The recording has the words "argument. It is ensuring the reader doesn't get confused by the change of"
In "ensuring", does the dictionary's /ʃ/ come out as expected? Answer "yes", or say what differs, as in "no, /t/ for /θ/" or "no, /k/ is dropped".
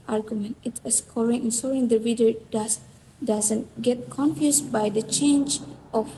no, /s/ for /ʃ/